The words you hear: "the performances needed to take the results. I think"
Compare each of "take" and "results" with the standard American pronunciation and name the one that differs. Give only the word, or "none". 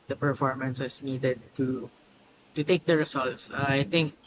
results